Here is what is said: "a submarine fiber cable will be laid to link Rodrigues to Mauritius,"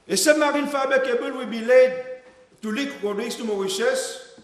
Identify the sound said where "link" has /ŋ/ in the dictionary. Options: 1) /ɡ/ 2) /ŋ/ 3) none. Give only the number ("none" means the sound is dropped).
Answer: 3